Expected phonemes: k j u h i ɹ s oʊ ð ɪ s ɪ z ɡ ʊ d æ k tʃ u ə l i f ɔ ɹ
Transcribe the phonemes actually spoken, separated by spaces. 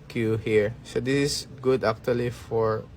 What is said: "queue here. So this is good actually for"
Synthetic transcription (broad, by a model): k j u h i ɹ s oʊ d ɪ s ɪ s ɡ ʊ d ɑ k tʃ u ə l i f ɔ ɹ